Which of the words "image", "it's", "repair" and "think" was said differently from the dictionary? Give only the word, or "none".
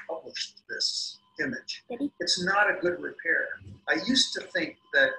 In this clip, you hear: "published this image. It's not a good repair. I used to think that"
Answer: none